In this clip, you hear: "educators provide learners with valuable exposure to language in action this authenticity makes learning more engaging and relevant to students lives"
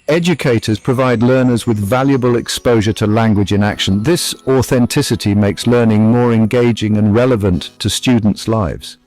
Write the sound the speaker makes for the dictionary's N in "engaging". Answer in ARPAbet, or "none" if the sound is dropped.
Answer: N